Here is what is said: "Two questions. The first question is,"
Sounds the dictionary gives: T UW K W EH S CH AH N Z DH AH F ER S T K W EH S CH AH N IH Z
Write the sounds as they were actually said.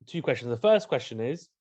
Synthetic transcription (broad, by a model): T UW K W EH S CH AH N Z DH AH F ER S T K W EH S CH AH N IH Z